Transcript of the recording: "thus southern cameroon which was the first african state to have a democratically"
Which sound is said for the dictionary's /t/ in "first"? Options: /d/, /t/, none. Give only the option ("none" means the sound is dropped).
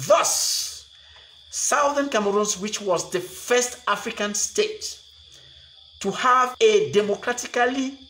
/t/